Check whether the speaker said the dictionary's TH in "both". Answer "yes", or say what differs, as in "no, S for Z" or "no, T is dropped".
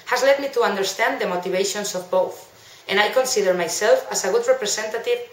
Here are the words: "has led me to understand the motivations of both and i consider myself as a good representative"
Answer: yes